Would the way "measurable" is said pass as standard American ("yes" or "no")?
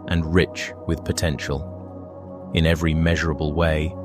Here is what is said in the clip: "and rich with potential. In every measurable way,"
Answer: yes